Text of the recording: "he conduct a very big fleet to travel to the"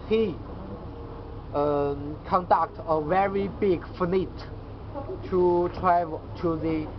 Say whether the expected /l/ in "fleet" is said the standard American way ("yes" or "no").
no